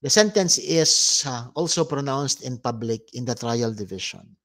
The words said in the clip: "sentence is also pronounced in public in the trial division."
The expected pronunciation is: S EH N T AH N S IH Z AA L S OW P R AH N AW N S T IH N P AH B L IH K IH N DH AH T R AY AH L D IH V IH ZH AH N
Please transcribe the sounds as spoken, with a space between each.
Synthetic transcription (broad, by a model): S EH N T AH N S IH S AA L S OW P R AH N AW N S T IH N P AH B L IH K IH N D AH T R AY AH L D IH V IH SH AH N